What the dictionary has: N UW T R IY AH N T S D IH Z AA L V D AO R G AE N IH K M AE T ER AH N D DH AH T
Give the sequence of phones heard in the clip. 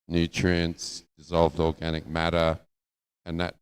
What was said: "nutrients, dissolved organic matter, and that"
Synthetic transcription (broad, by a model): N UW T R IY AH N S D IH Z AA L V D AO R G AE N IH K M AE T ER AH N DH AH T